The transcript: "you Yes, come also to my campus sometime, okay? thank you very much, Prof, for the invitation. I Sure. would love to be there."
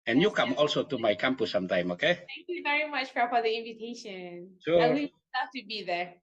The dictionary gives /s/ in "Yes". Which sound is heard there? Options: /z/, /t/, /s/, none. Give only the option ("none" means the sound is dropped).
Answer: none